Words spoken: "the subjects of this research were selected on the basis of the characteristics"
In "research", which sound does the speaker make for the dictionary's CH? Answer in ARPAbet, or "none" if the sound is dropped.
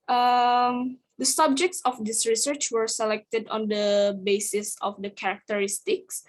CH